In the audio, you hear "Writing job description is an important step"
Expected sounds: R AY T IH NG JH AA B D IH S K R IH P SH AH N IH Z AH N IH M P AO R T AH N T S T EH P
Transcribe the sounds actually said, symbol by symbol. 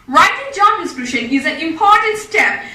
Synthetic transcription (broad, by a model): R AY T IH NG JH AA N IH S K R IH SH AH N IH Z AH N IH M P AO R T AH N T S T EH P